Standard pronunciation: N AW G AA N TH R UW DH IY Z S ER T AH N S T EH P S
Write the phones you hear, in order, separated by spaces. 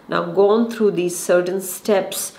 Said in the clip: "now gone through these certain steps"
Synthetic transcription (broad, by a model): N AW G AA N T R UW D IY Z S ER T AH N S T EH P S